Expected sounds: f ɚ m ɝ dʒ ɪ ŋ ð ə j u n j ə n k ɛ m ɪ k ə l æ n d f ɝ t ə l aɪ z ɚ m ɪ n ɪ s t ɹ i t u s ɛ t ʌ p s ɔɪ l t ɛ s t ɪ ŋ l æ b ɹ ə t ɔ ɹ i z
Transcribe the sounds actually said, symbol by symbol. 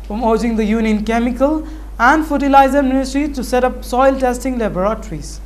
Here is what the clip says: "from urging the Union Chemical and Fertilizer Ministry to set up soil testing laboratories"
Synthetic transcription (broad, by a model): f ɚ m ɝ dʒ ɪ ŋ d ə j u n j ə n k ɛ m ɪ k ə l æ n d f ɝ t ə l aɪ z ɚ m ɪ n ɪ s t ɹ i t u s ɛ t ʌ p s ɔɪ l t ɛ s t ɪ ŋ l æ b ɹ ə t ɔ ɹ i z